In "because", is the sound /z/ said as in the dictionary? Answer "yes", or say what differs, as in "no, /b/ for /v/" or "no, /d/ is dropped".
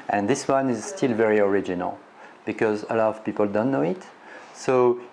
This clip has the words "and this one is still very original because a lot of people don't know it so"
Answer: yes